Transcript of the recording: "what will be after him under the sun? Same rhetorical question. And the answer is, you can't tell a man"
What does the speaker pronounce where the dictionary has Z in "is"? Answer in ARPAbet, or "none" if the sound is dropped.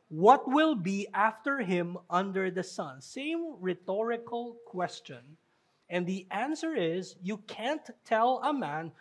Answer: Z